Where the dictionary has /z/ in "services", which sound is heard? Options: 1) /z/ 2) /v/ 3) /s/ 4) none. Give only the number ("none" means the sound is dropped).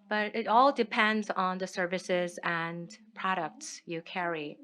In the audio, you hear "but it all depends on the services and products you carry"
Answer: 1